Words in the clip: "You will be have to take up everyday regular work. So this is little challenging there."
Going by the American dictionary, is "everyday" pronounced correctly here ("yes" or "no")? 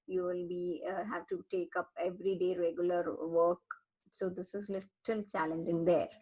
yes